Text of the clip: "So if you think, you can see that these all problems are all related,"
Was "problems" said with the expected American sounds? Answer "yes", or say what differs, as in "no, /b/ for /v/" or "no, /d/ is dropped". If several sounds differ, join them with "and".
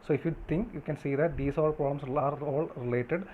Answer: no, /b/ is dropped and /s/ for /z/